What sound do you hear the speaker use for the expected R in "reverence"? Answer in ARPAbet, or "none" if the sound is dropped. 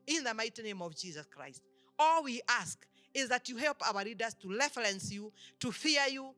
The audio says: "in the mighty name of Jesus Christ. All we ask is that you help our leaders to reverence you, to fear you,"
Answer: L